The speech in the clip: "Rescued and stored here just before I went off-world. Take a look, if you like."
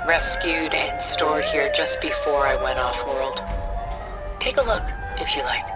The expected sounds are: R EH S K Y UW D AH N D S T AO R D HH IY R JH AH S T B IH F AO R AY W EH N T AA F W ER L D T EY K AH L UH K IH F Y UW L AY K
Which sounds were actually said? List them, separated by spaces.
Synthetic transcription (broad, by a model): R EH S K Y UW D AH N S T AO R D HH IY R JH AH S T B IH F AO R AY W EH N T AA F W ER L D T EY K AH L UH K IH F Y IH L AY K